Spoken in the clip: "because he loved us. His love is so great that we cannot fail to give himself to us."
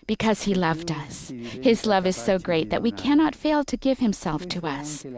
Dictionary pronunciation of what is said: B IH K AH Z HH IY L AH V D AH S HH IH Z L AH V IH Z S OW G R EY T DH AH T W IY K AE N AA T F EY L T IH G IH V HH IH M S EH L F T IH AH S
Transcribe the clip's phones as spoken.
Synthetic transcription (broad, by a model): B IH K AH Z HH IY L AH V D AH S HH IH Z L AH V IH Z S OW G R EY T DH AH T W IY K AE N AA T F EY L T IH G IH V HH IH M S EH L F T IH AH S